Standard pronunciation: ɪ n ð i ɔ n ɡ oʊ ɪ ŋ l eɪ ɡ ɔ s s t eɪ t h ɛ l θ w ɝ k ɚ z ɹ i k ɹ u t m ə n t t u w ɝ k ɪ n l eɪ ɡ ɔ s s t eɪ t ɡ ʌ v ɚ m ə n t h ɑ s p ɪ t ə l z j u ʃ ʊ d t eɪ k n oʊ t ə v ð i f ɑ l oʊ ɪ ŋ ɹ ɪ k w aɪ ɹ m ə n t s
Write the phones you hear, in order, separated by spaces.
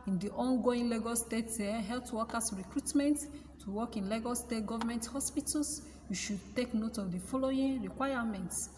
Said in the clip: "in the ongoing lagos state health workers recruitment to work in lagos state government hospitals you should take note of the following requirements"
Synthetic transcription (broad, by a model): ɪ n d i ɔ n ɡ oʊ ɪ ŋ l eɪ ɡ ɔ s s t eɪ t h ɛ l t w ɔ k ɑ s ɹ i k ɹ u t m ə n t t u w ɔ k ɪ n l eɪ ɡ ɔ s s t eɪ t ɡ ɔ v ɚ m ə n t h ɑ s p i t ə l s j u ʃ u d t eɪ k n oʊ t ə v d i f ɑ l oʊ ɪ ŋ ɹ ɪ k w aɪ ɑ m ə n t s